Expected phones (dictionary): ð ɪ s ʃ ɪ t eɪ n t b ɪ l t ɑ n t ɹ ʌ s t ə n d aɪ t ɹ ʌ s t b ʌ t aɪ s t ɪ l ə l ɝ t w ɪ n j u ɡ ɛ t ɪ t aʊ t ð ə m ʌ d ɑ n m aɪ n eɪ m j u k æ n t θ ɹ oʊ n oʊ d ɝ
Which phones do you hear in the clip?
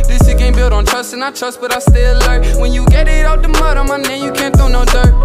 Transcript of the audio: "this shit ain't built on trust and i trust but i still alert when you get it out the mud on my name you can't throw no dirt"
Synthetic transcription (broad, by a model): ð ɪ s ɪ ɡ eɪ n b ɪ l t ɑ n t ɹ ʌ s t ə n aɪ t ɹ ʌ s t b ʌ t aɪ s t ɪ l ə ɪ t w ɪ n j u ɡ ɛ t ɪ t aʊ t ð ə m ʌ d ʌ m aɪ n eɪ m j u k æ n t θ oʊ n oʊ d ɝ